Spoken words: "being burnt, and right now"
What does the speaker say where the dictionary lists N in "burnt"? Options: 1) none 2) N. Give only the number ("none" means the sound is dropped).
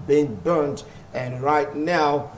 2